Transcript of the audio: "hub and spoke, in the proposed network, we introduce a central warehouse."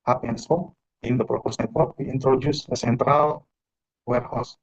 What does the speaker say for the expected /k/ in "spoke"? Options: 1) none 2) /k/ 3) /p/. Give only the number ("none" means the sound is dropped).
1